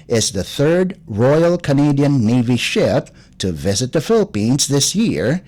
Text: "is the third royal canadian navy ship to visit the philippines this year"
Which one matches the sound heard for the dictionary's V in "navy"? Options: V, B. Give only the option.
V